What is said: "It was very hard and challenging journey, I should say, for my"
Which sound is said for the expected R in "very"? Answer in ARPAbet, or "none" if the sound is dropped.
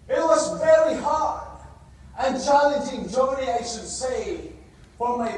R